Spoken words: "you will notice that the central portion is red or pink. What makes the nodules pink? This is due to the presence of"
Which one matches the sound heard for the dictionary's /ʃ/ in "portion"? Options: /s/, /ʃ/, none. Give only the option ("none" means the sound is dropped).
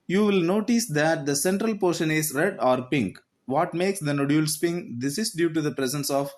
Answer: /ʃ/